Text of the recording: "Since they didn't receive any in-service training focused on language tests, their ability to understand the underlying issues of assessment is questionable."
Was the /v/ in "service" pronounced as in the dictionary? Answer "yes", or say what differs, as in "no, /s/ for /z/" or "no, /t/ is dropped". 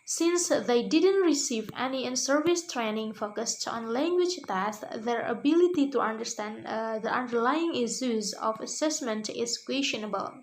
yes